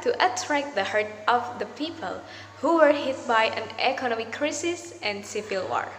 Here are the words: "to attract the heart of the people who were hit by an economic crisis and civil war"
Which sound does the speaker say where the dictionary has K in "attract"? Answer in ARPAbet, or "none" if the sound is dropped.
K